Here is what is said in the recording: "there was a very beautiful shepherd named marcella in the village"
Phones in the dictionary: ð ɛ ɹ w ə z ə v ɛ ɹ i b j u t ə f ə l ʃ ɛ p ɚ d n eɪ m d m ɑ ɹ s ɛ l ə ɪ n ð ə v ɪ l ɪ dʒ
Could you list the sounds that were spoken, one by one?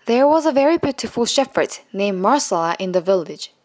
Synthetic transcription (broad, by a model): ð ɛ ɹ w ə z ə v ɛ ɹ i b j u t ə f ə l ʃ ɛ f ɚ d n eɪ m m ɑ ɹ s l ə ɪ n ð ə v ɪ l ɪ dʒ